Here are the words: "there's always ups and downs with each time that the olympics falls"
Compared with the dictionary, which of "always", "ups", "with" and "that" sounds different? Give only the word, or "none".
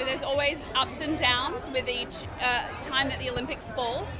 none